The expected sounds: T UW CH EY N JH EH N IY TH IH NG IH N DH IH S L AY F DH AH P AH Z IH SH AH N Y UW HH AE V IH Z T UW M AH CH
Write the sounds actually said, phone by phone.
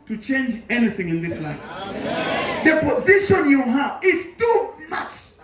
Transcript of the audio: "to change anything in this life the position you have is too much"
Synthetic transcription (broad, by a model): T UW CH EY N JH EH N IY TH IH NG IH N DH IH S L AY F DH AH P AH Z IH SH AH N Y UW HH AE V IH S T UW M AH CH